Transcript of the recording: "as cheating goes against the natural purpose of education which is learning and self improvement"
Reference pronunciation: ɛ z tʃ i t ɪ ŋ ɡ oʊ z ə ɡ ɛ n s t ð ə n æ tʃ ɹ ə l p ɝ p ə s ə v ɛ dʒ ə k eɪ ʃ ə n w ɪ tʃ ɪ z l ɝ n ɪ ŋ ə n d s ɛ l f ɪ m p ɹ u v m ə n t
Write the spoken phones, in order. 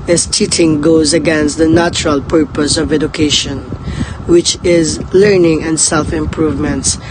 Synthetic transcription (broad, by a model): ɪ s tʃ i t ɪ ŋ ɡ oʊ z ə ɡ ɛ n s t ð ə n æ tʃ ɹ ə l p ɝ p ə s ə v ɛ dʒ ə k eɪ ʃ ə n w ɪ tʃ ɪ z l ɝ n ɪ ŋ ə n d s ɛ l f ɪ m p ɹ u v m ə n t